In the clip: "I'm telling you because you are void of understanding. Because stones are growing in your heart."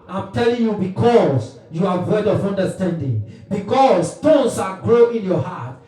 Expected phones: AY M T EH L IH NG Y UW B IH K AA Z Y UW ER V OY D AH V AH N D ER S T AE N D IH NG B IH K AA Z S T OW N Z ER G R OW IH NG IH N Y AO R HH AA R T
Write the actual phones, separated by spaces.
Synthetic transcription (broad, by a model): AY M T EH L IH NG Y UW B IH K AA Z Y UW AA W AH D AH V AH N D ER S T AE N D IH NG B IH K AA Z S T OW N S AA G R OW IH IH N Y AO HH AA T